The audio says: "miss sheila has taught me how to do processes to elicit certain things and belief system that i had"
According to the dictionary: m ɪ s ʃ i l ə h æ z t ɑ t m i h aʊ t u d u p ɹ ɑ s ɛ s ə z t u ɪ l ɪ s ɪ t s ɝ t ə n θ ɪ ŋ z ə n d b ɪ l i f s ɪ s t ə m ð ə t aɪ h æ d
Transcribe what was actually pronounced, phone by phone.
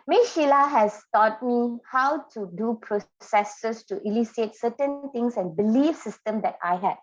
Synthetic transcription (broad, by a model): m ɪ ʃ i l ə h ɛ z t ɑ t m i h aʊ t u d u p ɹ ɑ s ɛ s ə s t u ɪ l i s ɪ t s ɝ t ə n t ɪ ŋ s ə n b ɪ l i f s ɪ s t ə m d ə t aɪ h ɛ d